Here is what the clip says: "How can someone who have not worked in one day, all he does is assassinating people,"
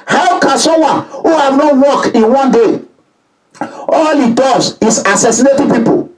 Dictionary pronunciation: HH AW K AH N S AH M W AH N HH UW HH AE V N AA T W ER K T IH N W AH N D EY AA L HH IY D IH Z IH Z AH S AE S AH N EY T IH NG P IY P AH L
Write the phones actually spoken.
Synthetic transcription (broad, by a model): HH AW K AH N S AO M W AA N HH UW HH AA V N AA T W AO K IH N W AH N D EY AA L HH IY D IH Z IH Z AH S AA S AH N EY T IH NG P IY P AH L